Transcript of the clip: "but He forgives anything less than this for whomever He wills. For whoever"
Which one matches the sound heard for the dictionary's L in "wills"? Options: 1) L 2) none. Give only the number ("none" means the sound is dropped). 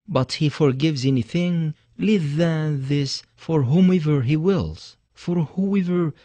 1